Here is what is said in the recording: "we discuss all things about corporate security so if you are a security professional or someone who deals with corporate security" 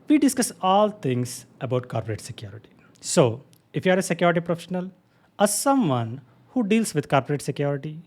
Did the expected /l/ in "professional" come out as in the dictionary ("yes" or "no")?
yes